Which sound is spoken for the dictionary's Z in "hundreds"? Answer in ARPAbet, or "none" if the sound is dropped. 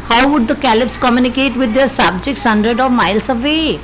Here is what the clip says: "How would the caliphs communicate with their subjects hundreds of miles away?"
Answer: none